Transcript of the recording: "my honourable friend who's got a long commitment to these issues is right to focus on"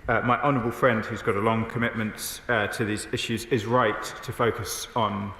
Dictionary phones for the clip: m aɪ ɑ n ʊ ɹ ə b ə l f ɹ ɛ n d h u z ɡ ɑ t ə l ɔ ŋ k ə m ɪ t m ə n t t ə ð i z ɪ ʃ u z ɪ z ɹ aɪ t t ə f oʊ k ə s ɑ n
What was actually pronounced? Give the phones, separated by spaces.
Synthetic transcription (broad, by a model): m aɪ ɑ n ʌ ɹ ə b ə l f ɹ ɛ n d h u z ɡ ɑ t ə l ɔ ŋ k ə m ɪ t m ə n t t ə ð i z ɪ ʃ u z ɪ z ɹ aɪ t t ə f oʊ k ə s n